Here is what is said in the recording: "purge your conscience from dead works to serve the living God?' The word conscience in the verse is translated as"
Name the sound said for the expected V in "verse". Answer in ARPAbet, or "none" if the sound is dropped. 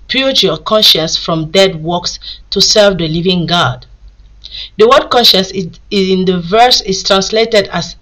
V